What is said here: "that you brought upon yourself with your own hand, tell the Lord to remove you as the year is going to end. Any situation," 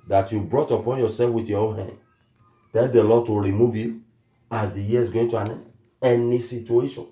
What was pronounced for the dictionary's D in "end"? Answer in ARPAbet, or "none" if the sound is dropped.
none